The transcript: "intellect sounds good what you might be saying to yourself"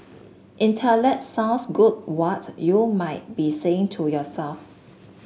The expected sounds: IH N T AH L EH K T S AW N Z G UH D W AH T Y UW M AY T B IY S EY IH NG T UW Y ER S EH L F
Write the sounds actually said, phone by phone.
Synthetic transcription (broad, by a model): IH N T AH L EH T S AW N S G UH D W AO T Y UW M AY T B IY S EY IH NG T UW Y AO S EH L F